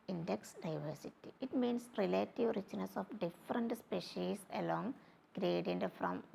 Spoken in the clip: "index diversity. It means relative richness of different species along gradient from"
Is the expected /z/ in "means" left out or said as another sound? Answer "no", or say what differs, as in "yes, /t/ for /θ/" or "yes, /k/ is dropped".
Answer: yes, /s/ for /z/